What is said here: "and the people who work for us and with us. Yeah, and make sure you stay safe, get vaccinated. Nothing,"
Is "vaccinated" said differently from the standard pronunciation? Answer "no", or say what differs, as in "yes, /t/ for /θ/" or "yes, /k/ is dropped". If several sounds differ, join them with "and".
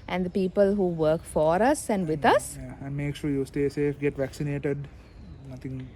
no